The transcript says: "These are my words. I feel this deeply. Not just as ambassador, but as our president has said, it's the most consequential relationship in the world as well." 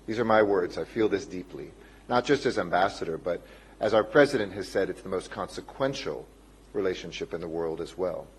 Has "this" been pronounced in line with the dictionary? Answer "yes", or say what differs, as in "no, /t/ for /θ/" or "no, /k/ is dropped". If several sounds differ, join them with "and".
yes